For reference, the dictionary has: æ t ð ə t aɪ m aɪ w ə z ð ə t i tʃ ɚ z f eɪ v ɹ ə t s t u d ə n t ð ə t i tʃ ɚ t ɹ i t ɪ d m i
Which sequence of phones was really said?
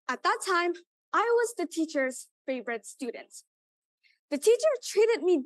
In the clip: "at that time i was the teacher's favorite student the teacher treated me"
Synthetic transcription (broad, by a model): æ t ð ə t aɪ m aɪ w ə z ð ə t i tʃ ɚ z f eɪ v ɹ ə t s t u d n t ð ə t i tʃ ɚ t ɹ i t ɪ d m i